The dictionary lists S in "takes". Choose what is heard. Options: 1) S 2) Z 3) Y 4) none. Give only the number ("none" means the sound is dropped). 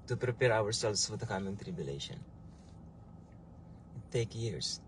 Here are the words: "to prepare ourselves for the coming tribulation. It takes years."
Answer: 4